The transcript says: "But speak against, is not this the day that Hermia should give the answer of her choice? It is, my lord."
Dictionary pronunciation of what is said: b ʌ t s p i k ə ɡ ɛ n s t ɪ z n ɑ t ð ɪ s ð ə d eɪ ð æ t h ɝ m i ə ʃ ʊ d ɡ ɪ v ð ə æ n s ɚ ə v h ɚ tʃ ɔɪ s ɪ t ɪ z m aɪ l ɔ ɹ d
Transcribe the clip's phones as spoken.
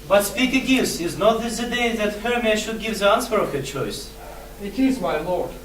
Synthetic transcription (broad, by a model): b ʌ t s p i k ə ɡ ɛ s ɪ z n ɑ t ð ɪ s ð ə d eɪ ð æ t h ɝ m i ʃ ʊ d ɡ ɪ v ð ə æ n s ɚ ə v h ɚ tʃ ɔɪ s ɪ t ɪ z m aɪ l ɔ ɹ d